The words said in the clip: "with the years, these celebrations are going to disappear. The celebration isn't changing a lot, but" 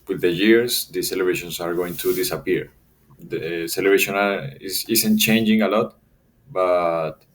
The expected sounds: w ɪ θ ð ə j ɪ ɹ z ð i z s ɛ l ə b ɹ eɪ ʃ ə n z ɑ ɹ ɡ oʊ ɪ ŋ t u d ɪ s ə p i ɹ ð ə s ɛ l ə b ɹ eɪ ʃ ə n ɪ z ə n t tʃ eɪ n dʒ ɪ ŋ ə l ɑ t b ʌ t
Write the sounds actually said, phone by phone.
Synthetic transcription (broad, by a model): w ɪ ð ə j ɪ ɹ s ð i s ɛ l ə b ɹ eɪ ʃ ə n s ɑ ɹ ɡ oʊ ɪ ŋ t u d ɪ s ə p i ɹ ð s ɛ l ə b ɹ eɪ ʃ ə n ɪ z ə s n tʃ eɪ n dʒ ɪ ŋ ə l ɑ t b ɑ t